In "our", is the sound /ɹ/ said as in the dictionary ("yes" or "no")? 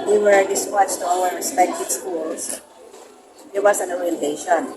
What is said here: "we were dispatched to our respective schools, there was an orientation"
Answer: no